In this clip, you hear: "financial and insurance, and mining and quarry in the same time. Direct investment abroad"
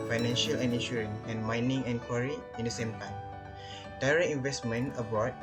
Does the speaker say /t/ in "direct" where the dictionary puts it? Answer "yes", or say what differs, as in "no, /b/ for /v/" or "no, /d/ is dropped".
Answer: no, /t/ is dropped